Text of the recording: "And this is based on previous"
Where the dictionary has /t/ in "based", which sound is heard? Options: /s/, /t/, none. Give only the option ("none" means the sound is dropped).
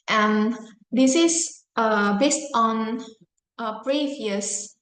/t/